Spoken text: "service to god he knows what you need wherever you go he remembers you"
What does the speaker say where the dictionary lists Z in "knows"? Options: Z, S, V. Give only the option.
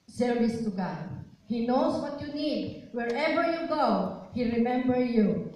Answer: S